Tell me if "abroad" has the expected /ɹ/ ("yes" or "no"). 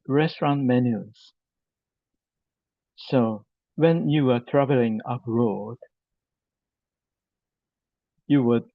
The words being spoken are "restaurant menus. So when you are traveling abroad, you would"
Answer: yes